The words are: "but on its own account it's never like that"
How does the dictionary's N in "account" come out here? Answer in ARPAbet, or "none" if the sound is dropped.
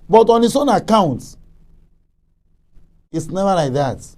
N